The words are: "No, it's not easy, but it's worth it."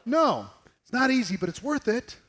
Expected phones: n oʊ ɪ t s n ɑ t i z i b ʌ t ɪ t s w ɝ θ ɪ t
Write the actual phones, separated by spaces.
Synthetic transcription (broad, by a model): n oʊ ɪ t s n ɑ t i z i b ʌ t ɪ t s w ɝ θ ɪ t